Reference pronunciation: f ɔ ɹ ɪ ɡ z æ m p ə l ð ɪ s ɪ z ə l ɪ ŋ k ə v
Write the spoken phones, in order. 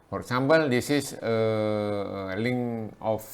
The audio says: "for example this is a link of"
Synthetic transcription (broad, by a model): f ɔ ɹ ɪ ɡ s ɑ m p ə l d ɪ s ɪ s ə l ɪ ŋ ə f